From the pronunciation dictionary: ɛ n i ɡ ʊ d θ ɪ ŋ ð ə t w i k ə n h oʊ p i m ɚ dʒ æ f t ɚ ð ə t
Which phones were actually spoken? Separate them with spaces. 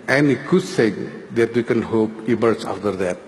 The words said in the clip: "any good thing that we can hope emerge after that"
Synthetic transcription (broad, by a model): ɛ n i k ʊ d s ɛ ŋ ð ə t w i k ə n h oʊ p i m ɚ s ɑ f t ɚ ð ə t